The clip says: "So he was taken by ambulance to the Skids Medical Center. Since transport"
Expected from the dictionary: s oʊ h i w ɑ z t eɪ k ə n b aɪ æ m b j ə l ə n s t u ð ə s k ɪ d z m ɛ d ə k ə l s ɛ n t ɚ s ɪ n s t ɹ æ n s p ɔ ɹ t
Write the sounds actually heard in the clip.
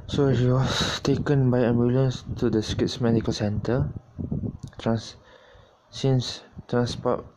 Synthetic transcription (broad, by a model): s oʊ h i w ɑ s t eɪ k ə n b aɪ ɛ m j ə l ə n s t u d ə s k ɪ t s m ɛ d ə k ə l s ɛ n t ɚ s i n s t ɹ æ n s p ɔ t